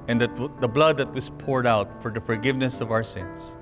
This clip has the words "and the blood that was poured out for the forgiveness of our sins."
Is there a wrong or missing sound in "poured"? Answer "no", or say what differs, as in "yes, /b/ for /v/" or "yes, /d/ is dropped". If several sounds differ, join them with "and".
no